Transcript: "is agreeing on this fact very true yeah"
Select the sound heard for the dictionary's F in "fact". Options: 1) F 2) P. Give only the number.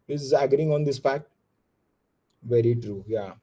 2